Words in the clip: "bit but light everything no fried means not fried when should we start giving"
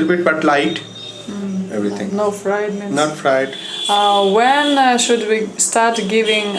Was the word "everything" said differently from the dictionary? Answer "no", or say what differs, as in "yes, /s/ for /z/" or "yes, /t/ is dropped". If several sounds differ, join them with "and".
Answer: yes, /t/ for /θ/